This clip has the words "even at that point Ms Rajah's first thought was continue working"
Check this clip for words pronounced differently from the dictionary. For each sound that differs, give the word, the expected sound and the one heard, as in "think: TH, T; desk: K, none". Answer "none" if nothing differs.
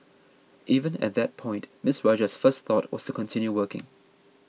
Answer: ms: Z, S